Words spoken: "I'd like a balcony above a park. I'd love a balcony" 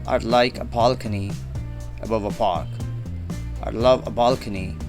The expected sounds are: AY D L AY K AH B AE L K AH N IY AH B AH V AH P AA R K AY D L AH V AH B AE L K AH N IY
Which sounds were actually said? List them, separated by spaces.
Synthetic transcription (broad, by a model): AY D L AY K AH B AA L K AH N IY AH B AH V AH P AA R K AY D L AH V AH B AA L K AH N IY